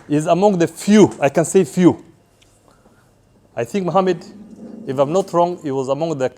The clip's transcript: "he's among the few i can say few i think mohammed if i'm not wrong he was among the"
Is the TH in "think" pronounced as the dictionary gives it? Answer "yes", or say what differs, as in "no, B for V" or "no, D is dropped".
yes